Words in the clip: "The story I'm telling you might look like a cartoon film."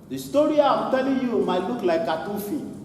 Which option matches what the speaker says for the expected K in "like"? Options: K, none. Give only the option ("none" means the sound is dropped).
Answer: none